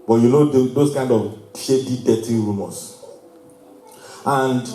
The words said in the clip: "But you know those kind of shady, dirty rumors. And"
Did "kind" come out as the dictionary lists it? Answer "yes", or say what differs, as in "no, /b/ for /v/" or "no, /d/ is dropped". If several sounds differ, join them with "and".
yes